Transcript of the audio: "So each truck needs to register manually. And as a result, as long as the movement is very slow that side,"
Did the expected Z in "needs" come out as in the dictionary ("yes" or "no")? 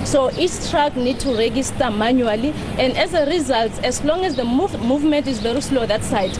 no